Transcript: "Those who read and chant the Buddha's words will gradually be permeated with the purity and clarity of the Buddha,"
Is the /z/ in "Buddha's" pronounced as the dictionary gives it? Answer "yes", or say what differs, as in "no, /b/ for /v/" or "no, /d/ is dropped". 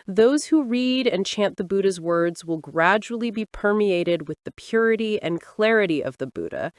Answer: yes